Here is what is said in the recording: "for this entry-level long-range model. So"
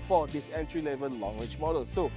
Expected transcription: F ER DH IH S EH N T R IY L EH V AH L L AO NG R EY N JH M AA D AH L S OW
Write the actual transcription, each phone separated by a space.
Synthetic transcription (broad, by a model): F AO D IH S EH N T R IY L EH V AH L L AO NG W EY JH M AA D AH L S OW